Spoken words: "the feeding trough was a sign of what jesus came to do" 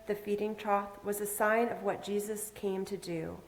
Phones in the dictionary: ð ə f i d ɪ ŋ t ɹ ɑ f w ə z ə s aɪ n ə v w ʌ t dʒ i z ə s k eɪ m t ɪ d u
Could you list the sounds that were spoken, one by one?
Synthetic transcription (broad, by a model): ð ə f i d ɪ ŋ t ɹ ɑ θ w ə z ə s aɪ n ə v w ʌ t dʒ i z ə s k eɪ m t ɪ d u